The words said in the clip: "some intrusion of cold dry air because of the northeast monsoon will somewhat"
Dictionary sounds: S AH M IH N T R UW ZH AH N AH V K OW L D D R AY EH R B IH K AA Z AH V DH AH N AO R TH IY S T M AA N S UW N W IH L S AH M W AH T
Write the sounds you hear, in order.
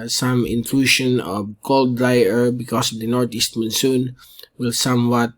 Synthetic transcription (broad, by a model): S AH M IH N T L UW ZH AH N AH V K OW L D D R AY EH R B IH K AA S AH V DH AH N AO R T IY S T M AA N S UW N W IH L S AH M W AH T